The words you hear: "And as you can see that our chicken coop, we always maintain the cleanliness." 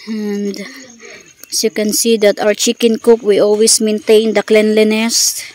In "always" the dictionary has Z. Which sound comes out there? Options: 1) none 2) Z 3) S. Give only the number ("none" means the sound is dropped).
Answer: 3